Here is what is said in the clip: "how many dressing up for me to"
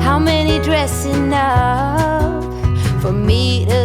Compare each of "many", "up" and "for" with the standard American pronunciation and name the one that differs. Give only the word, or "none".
up